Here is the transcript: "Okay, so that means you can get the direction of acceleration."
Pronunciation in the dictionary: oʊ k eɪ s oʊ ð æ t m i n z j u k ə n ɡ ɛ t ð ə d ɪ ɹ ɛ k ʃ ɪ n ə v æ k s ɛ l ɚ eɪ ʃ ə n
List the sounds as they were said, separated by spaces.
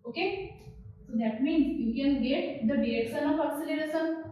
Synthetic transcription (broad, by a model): oʊ k eɪ s oʊ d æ t m i n z j u k ə n ɡ ɛ t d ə d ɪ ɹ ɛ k s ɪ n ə f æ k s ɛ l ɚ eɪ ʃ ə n